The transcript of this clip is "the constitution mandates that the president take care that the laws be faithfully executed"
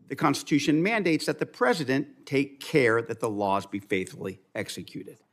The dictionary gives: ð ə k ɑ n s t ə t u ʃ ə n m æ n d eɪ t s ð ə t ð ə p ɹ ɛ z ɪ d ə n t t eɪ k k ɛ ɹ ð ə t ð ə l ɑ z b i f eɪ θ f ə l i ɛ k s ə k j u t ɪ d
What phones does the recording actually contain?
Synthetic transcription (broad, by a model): ð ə k ɑ n s t ə t u ʃ ə n m æ n d eɪ t s ð ə t ð ə p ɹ ɛ z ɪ d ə n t t eɪ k k ɛ ɹ ð ə t ð ə l ɑ z b i f eɪ θ f l i ɛ k s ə k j u t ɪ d